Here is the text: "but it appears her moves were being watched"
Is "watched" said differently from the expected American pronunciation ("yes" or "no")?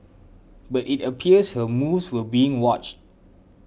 no